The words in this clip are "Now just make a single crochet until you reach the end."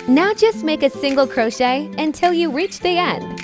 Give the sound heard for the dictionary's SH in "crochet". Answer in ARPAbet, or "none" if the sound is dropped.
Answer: SH